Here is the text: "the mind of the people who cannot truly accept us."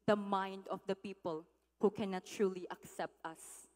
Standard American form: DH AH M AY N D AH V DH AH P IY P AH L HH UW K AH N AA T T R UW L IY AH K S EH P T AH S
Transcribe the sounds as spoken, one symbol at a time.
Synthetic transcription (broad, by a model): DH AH M AY N D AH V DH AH P IY P AH L HH UW K AH N AA T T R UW L IY AH K S EH P T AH S